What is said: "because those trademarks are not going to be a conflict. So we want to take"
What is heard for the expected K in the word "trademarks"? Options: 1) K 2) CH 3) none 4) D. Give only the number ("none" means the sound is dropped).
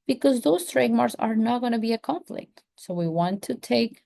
3